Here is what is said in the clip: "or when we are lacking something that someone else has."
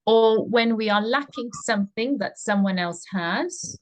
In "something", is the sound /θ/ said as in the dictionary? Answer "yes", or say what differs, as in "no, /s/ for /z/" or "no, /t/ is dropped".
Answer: yes